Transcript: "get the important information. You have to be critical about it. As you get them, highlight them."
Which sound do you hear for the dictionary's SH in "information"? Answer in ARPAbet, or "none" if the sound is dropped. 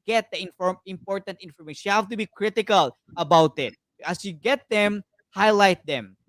none